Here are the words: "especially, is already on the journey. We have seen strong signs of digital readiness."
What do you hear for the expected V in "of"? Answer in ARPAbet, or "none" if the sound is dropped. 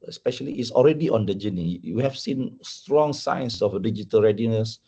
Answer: F